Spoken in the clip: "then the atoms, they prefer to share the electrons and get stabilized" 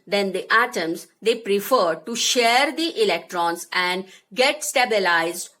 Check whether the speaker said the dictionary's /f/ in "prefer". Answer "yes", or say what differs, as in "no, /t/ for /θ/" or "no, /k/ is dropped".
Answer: yes